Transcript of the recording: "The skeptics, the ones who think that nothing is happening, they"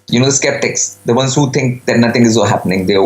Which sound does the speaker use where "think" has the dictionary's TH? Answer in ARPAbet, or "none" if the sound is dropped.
T